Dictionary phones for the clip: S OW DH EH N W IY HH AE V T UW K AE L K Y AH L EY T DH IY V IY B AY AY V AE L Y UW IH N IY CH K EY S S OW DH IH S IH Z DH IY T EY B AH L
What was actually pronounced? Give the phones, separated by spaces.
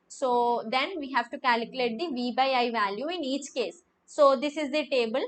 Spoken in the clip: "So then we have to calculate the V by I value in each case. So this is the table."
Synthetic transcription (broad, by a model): S OW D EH N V IY HH AE V T UW K AE L K Y AH L EY T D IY V IY B AY AY V AE L Y UW IH N IY CH K EY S S OW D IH S IH Z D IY T EY B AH L